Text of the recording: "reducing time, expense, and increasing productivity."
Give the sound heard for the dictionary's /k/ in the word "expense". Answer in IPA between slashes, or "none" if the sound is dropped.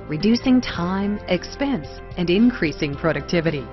/k/